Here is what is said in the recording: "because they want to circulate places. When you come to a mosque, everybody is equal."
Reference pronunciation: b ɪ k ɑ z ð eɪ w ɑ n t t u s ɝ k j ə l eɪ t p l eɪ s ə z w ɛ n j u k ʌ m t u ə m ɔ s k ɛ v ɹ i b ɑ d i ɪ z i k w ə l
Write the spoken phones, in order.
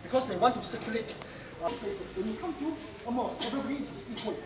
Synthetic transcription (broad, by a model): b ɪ k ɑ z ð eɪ w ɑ n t t u s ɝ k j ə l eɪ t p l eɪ s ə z w ɛ n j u k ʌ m t u ə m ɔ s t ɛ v i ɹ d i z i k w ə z